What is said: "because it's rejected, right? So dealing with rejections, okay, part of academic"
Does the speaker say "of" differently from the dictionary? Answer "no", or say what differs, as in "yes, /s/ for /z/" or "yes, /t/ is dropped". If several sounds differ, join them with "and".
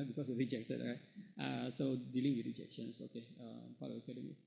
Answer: yes, /b/ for /v/